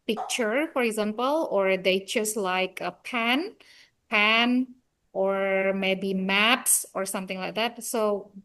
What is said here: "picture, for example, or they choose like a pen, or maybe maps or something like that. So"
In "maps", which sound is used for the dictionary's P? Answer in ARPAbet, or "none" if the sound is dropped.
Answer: P